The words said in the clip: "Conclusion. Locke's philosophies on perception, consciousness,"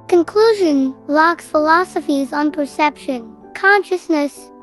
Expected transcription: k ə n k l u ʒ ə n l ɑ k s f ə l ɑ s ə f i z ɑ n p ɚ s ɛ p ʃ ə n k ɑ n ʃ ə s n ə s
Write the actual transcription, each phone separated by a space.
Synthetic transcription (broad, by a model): k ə n k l u ʒ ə n l ɑ k s f ə l ɑ s ə f i z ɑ n p ɚ s ɛ p ʃ ə n k ɑ n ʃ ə s n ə s